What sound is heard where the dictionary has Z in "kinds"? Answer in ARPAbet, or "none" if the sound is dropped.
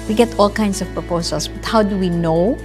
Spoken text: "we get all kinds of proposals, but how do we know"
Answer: S